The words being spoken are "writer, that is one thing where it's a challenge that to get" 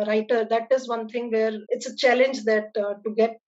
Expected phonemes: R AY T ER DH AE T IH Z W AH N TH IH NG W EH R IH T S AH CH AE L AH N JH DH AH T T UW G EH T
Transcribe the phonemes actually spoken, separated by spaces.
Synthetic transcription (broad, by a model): R AY T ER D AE T IH Z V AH N T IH NG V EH R IH T S AH CH AE L AH N JH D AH T T UW G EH T